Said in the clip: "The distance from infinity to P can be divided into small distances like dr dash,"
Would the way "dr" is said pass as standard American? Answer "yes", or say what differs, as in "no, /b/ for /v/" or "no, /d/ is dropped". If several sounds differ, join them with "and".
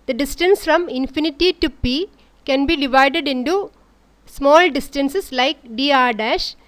no, /k/ is dropped